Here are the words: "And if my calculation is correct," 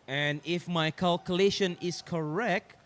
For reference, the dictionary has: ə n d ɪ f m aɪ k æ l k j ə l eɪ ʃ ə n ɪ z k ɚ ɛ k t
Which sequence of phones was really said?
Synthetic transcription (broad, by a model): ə n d ɪ f m aɪ k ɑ l k j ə l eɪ ʃ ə n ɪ s k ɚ ɛ k t